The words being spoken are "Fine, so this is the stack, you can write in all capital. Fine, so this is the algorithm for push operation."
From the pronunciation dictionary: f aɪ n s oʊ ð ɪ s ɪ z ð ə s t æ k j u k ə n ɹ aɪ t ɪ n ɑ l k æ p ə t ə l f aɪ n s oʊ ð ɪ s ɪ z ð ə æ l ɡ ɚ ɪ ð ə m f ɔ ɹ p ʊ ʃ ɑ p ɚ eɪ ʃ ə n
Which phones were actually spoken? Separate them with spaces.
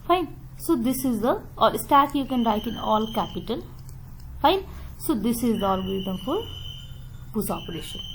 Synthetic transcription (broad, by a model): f aɪ n s oʊ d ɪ s ɪ z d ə s t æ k j u k ə n ɹ aɪ t ɪ n ɑ l k æ p ə t ə l f aɪ n s oʊ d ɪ s ɪ z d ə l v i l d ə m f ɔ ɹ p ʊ s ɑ p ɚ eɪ ʃ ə n